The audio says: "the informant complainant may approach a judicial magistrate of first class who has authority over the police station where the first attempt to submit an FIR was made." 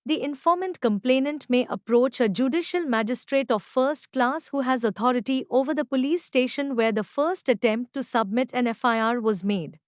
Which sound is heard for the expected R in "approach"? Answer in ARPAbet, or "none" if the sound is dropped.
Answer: R